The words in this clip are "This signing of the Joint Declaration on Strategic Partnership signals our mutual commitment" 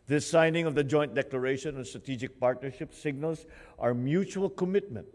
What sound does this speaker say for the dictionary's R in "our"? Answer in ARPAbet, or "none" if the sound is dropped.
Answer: R